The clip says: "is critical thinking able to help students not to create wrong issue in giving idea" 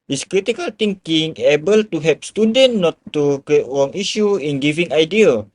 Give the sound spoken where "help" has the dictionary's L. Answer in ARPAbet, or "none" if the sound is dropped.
none